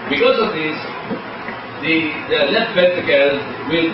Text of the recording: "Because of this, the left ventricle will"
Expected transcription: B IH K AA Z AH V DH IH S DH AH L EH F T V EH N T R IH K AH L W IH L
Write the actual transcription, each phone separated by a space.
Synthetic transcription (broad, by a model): B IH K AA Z AH V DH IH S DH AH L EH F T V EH T IH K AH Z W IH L